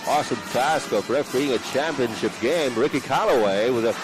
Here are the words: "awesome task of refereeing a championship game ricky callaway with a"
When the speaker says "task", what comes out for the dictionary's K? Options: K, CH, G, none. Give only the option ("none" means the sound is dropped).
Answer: K